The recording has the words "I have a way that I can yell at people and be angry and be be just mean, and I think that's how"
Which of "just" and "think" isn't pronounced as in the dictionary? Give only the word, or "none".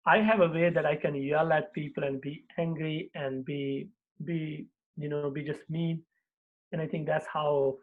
think